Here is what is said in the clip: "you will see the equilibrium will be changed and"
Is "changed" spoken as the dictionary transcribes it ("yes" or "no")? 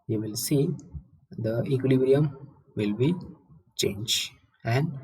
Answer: no